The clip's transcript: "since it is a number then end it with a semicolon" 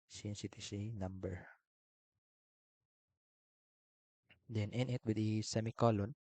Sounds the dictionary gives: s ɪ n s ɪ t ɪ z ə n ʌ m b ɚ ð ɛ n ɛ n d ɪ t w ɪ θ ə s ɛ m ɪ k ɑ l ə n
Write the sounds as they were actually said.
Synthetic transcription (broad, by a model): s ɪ n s ɪ t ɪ s ə n ʌ m b ɚ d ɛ n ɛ n ɪ t w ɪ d ə s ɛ m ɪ k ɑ l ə n